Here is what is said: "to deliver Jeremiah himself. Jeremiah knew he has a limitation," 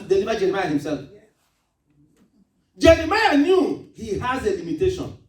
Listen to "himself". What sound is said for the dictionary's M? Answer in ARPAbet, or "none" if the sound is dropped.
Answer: M